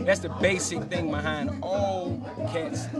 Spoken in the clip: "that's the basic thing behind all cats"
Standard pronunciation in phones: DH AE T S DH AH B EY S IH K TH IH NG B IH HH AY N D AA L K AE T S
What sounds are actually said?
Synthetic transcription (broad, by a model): DH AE T S DH AH B EY S IH K TH IH NG B IH HH AY N D AA L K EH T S